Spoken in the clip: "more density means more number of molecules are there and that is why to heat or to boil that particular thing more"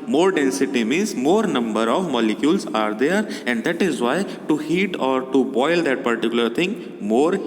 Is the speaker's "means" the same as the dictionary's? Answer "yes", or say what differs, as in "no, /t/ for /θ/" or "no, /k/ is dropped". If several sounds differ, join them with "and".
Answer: no, /n/ is dropped